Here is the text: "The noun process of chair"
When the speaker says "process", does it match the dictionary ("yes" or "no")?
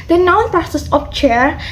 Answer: no